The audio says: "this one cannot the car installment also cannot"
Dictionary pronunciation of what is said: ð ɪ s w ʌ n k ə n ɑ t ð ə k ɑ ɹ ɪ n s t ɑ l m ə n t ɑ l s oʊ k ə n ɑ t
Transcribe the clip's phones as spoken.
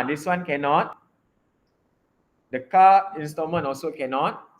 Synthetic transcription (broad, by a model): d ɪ s w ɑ n k ə n ɑ t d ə k ɑ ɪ n s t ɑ m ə n ɑ l s oʊ k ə n ɑ t